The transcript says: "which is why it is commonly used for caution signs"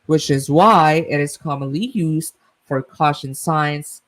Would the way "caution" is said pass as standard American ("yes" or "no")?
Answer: yes